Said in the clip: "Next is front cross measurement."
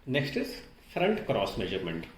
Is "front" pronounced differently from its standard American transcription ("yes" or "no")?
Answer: no